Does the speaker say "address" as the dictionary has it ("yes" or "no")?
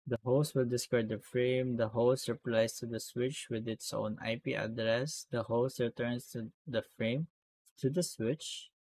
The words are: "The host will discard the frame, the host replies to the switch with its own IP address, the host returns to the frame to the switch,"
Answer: yes